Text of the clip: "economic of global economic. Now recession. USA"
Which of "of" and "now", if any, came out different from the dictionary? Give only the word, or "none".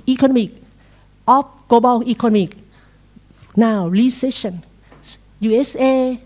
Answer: of